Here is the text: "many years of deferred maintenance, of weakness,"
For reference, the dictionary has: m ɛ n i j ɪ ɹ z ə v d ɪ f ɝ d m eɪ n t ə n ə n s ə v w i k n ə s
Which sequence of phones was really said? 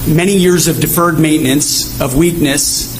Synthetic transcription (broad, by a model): m ɛ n i j ɪ ɹ z ə v d ɪ f ɝ d m eɪ n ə n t s ə v w i k n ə s